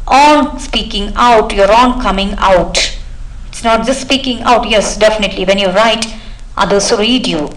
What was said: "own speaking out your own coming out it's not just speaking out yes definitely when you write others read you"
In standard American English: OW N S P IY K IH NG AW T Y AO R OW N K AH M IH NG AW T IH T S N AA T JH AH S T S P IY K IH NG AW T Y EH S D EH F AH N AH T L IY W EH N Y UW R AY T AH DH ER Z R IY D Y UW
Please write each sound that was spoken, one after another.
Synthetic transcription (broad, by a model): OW N S P IY K IH NG AW T Y AO R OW N K AH M IH NG AW T IH T S N AA T JH AH S T S P IY K IH NG AW T Y EH S D EH F AH N AH T L IY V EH N Y UW R AY T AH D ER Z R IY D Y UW